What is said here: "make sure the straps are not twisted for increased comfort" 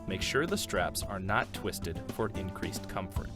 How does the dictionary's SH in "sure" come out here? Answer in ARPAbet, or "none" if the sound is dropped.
SH